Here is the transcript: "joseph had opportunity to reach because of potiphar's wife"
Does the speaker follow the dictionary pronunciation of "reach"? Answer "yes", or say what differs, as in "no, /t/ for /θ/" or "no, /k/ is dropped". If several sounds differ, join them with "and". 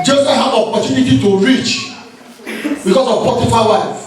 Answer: yes